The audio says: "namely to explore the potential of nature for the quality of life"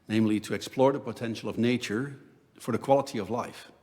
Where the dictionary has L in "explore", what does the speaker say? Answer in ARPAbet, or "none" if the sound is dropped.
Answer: L